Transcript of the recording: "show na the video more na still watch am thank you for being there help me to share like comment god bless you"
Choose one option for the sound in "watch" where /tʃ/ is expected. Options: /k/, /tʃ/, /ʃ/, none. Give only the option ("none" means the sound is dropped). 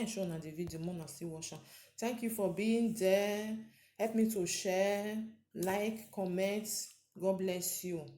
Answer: /ʃ/